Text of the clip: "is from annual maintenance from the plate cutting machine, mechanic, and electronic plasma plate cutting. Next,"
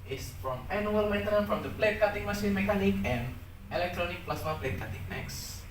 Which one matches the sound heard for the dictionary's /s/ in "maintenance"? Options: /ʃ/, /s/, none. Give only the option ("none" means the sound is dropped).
none